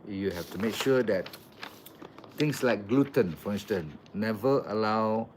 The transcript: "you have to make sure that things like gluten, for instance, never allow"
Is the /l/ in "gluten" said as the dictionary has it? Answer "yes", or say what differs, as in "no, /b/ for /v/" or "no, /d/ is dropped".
yes